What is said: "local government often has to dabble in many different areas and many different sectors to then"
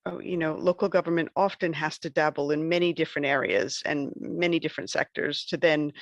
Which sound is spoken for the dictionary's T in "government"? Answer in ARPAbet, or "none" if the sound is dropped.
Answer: T